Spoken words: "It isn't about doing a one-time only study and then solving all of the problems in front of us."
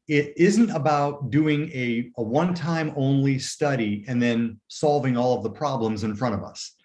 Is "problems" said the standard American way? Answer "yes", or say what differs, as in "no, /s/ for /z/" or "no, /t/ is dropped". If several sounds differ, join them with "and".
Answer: yes